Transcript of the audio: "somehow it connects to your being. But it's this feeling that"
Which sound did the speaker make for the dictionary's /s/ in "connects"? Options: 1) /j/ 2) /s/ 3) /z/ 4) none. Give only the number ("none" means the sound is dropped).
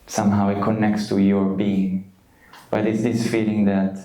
2